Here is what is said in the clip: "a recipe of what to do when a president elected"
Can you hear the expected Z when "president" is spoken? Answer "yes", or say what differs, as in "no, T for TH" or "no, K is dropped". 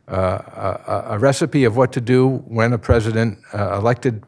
yes